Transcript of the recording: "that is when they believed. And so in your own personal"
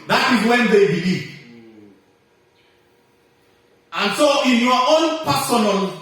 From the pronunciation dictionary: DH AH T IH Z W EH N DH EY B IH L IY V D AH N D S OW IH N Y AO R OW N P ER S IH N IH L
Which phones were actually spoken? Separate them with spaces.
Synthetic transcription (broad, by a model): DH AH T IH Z W EH N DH EY B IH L IY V AH N S OW IH N Y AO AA OW N P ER S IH N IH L